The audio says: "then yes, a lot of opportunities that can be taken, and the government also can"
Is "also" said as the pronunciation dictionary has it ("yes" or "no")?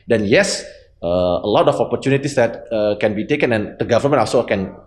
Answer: no